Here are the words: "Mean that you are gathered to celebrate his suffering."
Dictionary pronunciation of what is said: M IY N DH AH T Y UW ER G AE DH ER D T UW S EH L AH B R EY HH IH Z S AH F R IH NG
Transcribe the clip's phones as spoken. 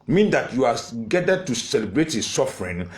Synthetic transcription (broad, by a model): M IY N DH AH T Y UW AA G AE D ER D T UW S EH L AH B R EY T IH S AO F R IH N